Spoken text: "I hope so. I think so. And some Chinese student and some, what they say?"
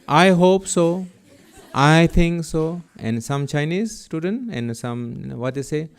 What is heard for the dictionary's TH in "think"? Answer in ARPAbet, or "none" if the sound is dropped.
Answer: T